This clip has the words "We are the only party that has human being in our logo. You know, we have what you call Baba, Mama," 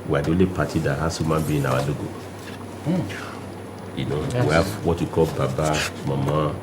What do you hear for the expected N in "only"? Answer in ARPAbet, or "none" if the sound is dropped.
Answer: none